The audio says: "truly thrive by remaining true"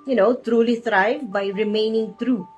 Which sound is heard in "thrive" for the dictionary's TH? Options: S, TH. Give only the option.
S